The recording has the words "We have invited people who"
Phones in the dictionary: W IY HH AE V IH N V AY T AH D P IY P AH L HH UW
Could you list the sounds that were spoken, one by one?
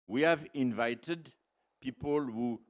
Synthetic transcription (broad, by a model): W IY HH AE V IH N V AY T AH D P IY P AH L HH UW